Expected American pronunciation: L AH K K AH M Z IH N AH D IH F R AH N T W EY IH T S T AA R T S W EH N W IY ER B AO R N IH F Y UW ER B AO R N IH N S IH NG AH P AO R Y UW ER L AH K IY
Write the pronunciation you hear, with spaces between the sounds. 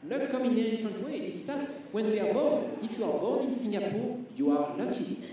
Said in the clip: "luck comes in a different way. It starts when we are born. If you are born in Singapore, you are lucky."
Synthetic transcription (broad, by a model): L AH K K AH M IH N AH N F AH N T W EY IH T S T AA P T W EH N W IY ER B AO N IH F Y UW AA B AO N IH N S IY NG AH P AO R Y UW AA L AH K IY